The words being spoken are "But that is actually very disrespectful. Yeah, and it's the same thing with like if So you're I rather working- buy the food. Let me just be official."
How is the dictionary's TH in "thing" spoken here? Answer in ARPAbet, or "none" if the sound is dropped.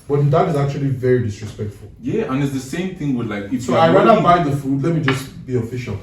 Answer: TH